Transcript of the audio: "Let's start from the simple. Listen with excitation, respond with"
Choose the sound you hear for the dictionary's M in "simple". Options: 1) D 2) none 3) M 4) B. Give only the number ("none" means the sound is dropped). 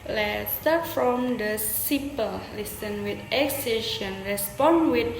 2